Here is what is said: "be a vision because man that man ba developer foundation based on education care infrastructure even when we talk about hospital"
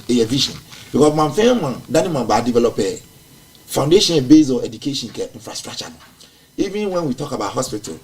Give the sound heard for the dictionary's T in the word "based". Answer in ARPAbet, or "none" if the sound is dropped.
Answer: none